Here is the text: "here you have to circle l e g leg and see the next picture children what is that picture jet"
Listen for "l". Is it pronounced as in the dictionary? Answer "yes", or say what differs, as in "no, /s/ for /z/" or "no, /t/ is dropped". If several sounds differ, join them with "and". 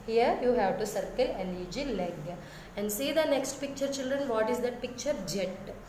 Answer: no, /n/ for /l/